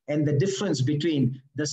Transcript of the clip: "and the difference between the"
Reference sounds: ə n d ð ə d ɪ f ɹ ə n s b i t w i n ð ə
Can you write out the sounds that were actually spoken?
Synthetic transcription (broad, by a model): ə n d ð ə d ɪ f ɹ ə n s b i t w i n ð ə